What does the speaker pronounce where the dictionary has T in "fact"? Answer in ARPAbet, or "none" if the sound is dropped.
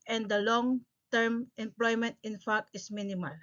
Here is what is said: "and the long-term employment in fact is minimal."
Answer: none